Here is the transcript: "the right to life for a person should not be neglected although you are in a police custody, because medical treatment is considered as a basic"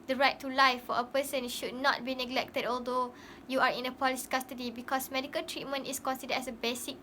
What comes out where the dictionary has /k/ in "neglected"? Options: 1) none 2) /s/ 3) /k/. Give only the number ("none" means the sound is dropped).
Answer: 3